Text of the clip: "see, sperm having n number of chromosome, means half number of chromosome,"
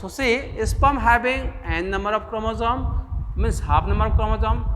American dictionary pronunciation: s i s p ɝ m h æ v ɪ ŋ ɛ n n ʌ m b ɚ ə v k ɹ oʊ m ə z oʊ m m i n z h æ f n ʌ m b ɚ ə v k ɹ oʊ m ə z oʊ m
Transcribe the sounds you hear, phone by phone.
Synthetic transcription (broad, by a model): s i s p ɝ m h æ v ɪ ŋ ɛ n n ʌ m b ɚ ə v k ɹ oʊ m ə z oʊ m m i n s h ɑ p n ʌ m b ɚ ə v k ɹ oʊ m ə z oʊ m